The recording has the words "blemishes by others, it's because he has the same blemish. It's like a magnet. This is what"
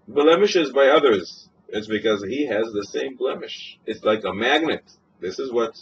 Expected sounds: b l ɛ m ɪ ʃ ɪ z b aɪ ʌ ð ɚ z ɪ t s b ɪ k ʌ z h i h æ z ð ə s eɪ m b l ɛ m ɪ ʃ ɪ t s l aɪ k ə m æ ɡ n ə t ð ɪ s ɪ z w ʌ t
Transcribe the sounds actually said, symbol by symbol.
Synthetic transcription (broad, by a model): b l ɛ m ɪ ʃ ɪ z b aɪ ʌ ð ɚ z ɪ t s b ɪ k ʌ z h i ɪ z ð ə s eɪ m b l ɛ m ɪ ʃ ɪ t s l aɪ k ə m æ ɡ n ə t ð ɪ s ɪ z w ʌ t